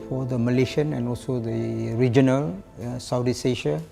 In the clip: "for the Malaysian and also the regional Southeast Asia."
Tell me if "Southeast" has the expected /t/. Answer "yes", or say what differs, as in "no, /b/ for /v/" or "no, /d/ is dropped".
no, /t/ is dropped